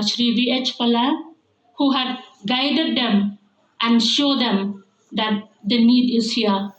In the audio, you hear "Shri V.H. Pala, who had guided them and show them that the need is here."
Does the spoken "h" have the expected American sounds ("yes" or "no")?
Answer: yes